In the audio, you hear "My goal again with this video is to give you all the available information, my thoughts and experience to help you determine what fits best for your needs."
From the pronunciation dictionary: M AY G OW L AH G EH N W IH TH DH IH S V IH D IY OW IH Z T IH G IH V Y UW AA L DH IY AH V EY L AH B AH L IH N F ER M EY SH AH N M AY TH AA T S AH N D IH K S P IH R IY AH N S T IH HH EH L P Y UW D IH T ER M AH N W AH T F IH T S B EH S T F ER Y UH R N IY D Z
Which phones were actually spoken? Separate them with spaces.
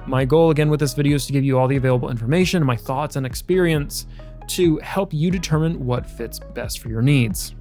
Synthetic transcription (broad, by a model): M AY G OW L AH G EH N W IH DH IH S V IH D IY OW IH Z T IH G IH V Y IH AA L DH IY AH V EY L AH B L IH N F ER M EY SH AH N M AY TH AA T S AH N IH K S P IH R IY AH N S T IH HH EH L P Y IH D IH T ER M AH N W AH T F IH T S B EH S T F ER Y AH R N IY D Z